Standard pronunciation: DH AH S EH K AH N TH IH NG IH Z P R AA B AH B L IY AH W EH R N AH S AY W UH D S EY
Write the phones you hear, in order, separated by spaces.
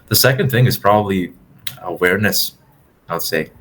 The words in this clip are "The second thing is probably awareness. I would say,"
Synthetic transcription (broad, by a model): DH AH S EH K AH N TH IH NG IH Z P R AA B AH B L IY AH W EH R N AH S AY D S EY